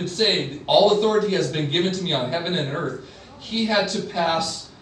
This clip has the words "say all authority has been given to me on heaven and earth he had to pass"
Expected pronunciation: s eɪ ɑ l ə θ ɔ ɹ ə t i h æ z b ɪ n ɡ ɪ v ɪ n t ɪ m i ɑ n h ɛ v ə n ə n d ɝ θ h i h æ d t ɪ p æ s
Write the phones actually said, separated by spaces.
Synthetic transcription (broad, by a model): s eɪ ɑ l ə θ ɔ ɹ ə t i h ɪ z b ɪ n ɡ ɪ v ɪ n t ɪ m i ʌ n h ɛ v ə n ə n ɝ θ h i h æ d t ɪ p æ s